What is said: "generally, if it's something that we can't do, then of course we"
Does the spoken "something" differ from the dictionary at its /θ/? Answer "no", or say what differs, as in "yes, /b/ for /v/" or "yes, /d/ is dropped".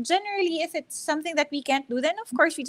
no